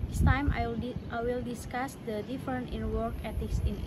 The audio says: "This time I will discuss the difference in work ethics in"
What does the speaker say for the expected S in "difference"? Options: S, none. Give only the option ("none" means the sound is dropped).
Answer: none